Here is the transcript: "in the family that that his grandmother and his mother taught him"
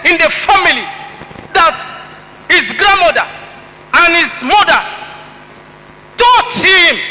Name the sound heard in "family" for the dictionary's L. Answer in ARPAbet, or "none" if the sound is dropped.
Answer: none